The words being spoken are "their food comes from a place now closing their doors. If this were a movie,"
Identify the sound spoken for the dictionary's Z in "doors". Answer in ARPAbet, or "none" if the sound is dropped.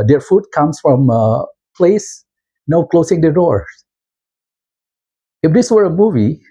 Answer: none